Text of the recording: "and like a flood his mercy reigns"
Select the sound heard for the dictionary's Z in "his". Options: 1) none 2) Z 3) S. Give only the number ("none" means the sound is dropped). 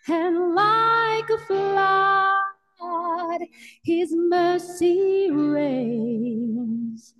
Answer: 2